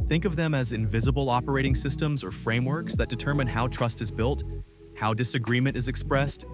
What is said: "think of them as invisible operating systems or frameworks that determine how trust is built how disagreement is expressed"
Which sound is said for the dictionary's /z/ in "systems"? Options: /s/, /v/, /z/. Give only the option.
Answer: /z/